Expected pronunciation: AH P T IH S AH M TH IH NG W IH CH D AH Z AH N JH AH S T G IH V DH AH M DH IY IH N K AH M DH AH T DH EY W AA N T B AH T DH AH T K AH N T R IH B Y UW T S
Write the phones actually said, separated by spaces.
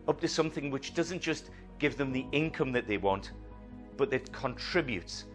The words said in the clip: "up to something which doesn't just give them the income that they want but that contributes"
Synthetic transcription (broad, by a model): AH P T IH S AH M TH IH NG W IH CH D AH Z AH N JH AH S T G IH V DH AH M DH IY IH N K AH M DH AH T DH EY W AA N T B AH T DH AH T K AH N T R IH B Y UW T S